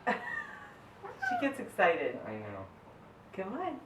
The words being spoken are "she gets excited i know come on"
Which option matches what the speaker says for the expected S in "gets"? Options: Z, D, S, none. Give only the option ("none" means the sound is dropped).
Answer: S